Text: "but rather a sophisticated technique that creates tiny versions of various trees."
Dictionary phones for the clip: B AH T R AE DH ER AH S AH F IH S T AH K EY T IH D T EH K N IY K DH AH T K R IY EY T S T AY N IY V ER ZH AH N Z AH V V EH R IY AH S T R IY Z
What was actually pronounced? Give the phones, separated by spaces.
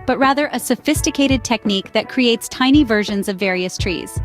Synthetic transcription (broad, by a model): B AH T R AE DH ER AH S AH F IH S T AH K EY T IH D T EH K N IY K DH AH T K R IY EY T S T AY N IY V ER ZH AH N Z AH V V EH R IY AH S T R IY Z